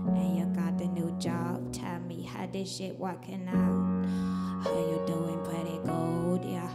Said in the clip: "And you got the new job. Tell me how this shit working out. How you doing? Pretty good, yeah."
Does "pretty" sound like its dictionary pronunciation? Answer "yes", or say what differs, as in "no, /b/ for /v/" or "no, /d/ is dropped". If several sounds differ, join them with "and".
no, /l/ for /ɹ/